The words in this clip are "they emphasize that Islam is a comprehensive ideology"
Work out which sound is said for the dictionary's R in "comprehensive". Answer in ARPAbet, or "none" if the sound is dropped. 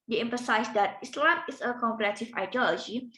none